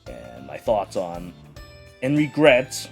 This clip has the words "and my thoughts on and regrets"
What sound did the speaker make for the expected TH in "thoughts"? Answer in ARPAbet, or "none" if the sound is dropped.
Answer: TH